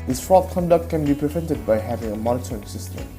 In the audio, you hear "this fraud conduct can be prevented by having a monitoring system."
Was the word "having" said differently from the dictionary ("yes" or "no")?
no